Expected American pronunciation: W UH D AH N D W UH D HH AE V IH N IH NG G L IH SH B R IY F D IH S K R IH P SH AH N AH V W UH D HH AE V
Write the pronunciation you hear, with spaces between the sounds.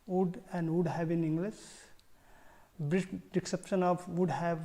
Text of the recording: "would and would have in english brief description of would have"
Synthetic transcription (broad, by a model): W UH D AH N D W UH D HH AE V IH N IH NG G L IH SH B R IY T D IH K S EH P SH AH N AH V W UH D HH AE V